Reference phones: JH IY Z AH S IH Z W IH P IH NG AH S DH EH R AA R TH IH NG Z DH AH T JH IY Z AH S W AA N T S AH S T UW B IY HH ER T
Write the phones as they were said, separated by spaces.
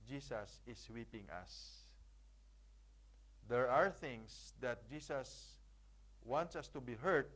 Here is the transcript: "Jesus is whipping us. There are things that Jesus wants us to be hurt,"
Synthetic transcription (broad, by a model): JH IY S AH S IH S W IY P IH NG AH S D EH R AA R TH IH NG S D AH T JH IY S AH S W AA N T S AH S T UW B IY HH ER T